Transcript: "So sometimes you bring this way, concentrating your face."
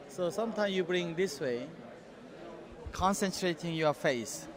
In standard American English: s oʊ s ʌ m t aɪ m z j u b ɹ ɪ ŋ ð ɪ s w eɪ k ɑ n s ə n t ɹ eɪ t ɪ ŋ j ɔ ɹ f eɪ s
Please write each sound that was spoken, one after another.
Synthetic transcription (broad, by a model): s oʊ s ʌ m t aɪ m s j u b ɹ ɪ ŋ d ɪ s w eɪ k ɑ n s ə n t ɹ eɪ t ɪ ŋ j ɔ f eɪ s